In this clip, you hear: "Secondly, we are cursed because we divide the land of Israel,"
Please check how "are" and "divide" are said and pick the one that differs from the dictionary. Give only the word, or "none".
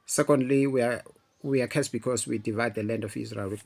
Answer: are